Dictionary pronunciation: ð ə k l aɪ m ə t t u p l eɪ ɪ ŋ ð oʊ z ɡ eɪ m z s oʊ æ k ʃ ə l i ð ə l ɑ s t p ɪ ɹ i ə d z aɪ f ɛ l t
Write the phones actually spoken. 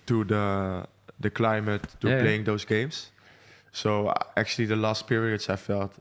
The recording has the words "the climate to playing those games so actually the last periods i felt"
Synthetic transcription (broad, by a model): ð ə k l aɪ m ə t t u p l eɪ ɪ ŋ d oʊ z ɡ eɪ m s oʊ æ k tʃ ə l i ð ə l ɑ s t p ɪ ɹ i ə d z aɪ f ɛ l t